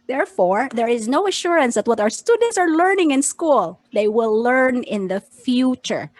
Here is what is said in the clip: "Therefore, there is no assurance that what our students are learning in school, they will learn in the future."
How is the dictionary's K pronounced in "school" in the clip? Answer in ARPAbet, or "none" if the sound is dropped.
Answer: K